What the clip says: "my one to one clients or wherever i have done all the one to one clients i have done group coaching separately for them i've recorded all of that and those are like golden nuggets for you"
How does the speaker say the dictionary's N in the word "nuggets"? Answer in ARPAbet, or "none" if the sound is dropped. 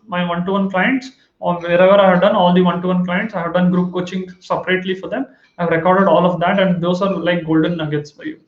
N